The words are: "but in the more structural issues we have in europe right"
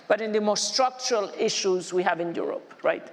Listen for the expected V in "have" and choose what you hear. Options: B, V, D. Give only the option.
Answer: V